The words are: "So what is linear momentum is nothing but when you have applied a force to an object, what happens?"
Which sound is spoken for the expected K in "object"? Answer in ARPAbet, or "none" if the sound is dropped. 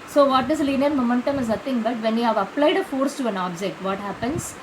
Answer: K